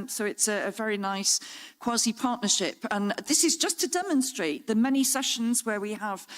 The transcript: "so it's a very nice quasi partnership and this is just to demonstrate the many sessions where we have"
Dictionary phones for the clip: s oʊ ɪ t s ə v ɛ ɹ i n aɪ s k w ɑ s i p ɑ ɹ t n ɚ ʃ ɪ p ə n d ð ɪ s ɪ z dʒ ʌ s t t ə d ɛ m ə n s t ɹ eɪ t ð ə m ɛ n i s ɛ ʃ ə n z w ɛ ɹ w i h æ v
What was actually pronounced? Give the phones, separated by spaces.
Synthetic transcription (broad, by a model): s oʊ ɪ t s ə v ɛ ɹ i n aɪ s k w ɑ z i p ɑ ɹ t n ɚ ʃ ɪ p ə n ð ɪ s ɪ z dʒ ʌ s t t ə d ɛ m ə n s t ɹ eɪ t ð ə m ɛ n i s ɛ ʃ ə n z w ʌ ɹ w i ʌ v